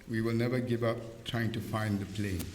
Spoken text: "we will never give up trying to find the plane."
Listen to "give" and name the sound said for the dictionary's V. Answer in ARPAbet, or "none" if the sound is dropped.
V